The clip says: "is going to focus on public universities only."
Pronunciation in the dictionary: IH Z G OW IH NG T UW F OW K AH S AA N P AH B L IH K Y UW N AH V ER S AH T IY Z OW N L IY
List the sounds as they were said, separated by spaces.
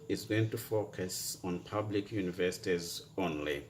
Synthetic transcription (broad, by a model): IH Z G OW IH NG T UW F OW K AH S AA N P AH B L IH K Y UW N AH V ER S AH T IY Z OW N L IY